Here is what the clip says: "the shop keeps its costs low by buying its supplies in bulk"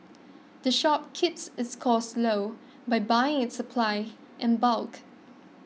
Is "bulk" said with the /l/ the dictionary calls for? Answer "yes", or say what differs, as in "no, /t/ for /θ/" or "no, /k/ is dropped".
yes